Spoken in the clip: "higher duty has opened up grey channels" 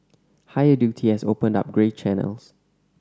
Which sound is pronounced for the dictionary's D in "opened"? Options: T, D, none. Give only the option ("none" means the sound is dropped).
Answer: D